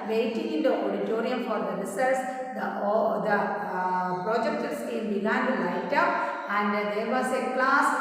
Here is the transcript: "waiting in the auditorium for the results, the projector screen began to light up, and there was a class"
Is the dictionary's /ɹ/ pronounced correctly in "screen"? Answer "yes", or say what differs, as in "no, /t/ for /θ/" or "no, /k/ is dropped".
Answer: no, /ɹ/ is dropped